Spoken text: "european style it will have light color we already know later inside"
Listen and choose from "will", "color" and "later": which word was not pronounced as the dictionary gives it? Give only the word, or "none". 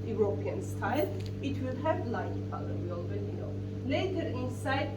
color